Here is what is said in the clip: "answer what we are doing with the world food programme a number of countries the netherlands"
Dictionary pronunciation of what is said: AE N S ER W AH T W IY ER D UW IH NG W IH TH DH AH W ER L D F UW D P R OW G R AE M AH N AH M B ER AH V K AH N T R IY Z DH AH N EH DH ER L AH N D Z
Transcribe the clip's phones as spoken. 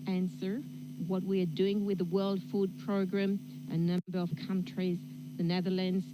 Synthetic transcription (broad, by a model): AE N S ER W AH T W IY ER D UW IH NG W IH DH AH W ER L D F UW D P R OW G R AE M AH N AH B ER AH V K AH N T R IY Z DH AH N EH DH ER L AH N D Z